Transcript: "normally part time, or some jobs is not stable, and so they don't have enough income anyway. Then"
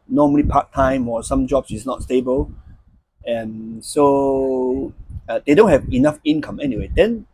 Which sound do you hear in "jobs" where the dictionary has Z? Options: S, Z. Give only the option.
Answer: S